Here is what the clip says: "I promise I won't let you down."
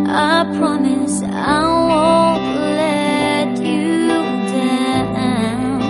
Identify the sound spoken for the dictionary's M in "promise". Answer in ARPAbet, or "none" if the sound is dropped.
M